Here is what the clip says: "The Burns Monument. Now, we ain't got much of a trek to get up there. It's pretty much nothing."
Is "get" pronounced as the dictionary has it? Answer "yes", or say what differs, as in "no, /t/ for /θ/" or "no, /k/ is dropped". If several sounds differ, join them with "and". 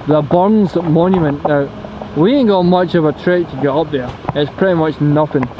no, /t/ is dropped